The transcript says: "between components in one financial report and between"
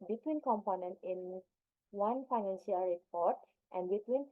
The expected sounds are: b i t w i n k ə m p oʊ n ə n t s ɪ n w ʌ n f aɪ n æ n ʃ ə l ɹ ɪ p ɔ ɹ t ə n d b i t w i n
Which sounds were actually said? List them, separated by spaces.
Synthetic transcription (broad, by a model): b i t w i n k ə m p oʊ n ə n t ɪ n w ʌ n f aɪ n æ n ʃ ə l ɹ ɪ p ɔ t t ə n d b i t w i n